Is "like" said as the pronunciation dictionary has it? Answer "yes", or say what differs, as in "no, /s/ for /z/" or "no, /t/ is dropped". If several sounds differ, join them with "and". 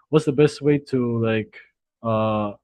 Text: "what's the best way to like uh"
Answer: yes